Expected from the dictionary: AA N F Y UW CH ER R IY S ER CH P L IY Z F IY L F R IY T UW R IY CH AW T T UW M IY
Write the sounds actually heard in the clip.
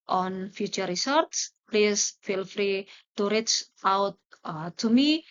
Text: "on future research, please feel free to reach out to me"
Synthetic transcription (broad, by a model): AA N F Y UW CH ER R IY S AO S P L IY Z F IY L F R IY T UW R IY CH AW T T UW M IY